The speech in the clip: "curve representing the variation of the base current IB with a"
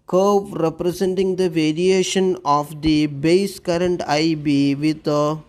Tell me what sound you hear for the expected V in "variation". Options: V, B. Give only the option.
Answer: V